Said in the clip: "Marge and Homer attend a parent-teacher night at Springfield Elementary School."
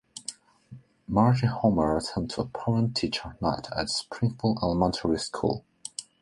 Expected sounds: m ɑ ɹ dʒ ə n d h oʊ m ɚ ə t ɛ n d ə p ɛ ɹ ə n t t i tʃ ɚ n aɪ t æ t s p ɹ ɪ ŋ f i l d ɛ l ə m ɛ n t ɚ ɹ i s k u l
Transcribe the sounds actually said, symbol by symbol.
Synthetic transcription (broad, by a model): m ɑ ɹ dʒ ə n h oʊ m ɚ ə t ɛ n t ə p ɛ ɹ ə n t t i tʃ ɚ n aɪ t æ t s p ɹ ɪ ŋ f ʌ l ɛ l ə m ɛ n t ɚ ɹ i s k u l